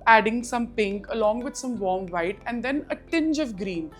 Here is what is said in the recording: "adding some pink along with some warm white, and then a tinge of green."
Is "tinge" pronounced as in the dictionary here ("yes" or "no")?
yes